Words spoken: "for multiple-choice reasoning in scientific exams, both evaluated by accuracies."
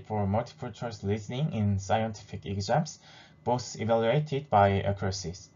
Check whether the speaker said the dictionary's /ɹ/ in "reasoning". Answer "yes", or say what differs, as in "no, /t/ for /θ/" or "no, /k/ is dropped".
no, /l/ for /ɹ/